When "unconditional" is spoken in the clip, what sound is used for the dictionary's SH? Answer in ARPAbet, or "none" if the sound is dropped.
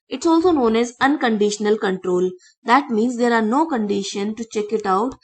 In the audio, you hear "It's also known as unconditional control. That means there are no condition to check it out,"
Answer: SH